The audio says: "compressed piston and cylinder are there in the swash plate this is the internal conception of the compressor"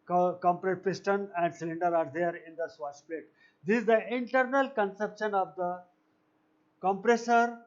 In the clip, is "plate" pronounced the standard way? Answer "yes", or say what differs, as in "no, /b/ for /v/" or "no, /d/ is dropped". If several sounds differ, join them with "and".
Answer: no, /l/ is dropped